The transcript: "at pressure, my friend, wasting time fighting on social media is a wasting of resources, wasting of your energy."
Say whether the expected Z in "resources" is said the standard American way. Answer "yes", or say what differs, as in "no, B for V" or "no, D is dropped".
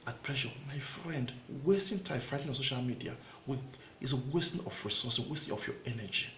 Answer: no, Z is dropped